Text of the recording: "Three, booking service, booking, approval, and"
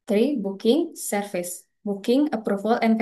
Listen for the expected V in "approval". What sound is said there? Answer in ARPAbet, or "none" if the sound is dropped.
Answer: F